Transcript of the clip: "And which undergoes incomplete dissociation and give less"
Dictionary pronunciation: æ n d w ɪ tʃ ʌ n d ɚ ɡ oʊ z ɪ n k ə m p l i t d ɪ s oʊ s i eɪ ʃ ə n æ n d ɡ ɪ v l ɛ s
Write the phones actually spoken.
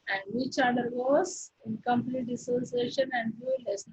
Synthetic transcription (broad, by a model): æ n d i tʃ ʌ d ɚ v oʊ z ɪ n k ə m p l i t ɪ s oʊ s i eɪ ʃ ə n æ n d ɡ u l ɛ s